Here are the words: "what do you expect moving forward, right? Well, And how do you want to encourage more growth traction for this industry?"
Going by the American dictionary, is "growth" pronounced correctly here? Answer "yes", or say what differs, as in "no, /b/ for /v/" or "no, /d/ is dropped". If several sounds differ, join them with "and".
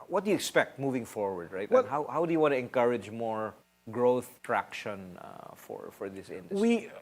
yes